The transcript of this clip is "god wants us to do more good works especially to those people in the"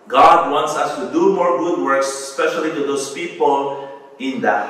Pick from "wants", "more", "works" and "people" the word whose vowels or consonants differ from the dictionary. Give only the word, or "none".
none